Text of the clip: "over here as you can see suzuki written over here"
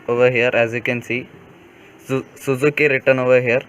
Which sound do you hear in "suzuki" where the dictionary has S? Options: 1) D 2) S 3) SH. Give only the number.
2